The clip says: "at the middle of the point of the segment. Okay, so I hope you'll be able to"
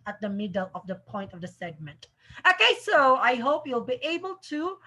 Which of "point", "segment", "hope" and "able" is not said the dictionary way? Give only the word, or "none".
none